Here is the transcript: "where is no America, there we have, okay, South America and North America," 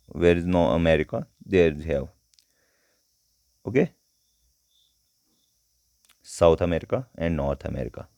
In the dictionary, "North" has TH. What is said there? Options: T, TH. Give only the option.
T